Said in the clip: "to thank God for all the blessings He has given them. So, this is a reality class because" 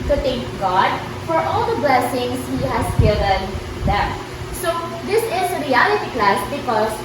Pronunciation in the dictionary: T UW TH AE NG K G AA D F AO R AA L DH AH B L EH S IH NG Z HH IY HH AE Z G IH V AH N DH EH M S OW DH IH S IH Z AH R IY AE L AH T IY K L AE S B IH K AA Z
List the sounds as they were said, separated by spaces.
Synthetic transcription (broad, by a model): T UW T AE NG K G AA D F AO R AA L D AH B L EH S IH NG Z HH IY HH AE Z G IH V AH N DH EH M S OW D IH S IH Z AH R IY AE L AH T IY K L AE S B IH K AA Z